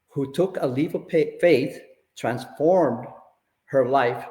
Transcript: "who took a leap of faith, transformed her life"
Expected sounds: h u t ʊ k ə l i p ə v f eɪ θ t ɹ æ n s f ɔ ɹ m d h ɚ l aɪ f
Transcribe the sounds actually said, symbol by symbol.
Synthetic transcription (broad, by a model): h u t ʊ k ə l i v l f eɪ θ t ɹ æ n s f ɔ ɹ m d h ɚ l aɪ f